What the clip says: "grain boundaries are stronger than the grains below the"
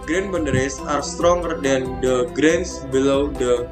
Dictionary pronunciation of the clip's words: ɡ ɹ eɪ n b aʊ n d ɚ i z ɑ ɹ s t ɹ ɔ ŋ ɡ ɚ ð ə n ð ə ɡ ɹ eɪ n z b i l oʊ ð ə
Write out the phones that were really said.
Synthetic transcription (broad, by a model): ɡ ɹ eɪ n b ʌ n d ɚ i s ɑ ɹ s t ɹ ɔ ŋ ɡ ɚ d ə n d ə ɡ ɹ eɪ n s b i l oʊ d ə